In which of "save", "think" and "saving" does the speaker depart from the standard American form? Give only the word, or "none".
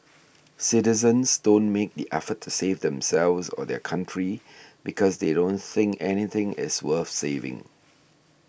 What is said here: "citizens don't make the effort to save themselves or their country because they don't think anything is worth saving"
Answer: none